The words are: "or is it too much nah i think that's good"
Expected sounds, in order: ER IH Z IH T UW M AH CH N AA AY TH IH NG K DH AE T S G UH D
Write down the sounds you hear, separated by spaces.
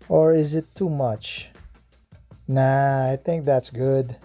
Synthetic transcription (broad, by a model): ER IH Z IH T UW M AH CH N AA AY TH IH NG K DH AE T S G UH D